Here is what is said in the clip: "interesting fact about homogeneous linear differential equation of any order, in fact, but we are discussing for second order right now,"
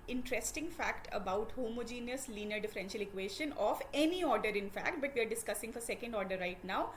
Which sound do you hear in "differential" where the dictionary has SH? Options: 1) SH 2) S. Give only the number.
1